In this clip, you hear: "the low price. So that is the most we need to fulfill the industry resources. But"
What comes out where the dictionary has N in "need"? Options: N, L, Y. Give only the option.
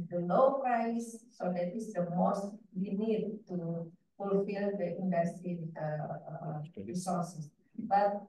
N